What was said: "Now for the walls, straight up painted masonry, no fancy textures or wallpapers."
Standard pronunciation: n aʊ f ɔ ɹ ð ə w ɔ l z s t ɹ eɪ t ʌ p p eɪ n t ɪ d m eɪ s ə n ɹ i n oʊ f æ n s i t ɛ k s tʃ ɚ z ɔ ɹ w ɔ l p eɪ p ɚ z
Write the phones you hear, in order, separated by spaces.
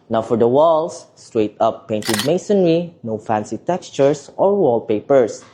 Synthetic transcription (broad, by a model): n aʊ f ɔ ɹ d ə w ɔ l s t ɹ eɪ t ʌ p p eɪ n t ɪ d m eɪ s ə n ɹ i n oʊ f æ n s i t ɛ k s tʃ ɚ s ɔ ɹ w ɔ l p eɪ p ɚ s